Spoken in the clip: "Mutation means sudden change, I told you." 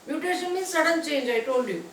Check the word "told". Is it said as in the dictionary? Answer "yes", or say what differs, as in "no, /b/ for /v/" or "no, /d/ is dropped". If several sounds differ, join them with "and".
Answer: no, /n/ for /l/